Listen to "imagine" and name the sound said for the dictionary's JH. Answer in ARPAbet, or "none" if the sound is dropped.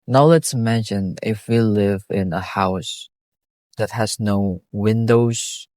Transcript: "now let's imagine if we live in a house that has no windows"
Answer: SH